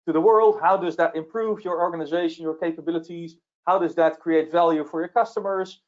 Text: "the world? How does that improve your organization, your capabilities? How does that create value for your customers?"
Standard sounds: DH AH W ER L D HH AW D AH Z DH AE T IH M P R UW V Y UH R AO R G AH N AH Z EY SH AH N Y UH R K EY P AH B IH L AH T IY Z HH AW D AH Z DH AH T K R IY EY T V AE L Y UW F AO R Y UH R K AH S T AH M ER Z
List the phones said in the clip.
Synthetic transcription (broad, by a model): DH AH W ER L D HH AW D AH Z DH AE T IH M P R UW V Y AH R AO R G AH N AH Z EY SH AH N Y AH R K EY P AH B IH L AH T IY Z HH AW D AH Z DH AH T K R IY EY T V AE L Y UW F AO R Y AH R K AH S T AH M ER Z